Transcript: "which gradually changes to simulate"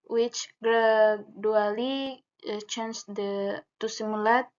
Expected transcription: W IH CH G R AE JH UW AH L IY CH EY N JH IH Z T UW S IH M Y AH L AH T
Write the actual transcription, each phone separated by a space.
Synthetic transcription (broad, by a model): W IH CH G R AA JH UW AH L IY CH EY N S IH T UW S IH M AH L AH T